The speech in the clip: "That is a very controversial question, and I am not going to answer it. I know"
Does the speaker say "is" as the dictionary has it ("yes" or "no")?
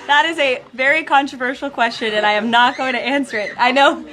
yes